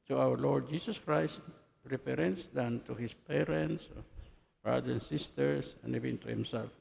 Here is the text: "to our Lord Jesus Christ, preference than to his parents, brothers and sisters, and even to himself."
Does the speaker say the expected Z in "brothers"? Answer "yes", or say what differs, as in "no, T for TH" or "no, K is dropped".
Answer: no, Z is dropped